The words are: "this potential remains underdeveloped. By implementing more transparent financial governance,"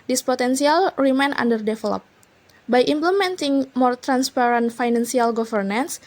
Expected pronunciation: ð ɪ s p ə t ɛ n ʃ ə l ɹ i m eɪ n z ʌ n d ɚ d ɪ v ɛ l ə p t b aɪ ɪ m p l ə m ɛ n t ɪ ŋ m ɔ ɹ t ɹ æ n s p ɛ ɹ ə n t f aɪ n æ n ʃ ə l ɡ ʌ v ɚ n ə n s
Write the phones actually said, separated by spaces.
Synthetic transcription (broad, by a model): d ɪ s p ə t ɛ n s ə l ɹ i m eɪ n ɑ n d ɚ d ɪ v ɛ l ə p b aɪ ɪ m p l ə m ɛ n t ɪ ŋ m ɔ ɹ t ɹ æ n s p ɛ ɹ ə n t f aɪ n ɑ n s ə l ɡ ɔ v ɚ n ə n s